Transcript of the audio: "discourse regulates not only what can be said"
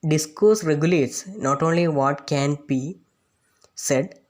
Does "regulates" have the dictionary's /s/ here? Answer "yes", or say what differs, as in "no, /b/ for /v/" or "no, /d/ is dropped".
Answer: yes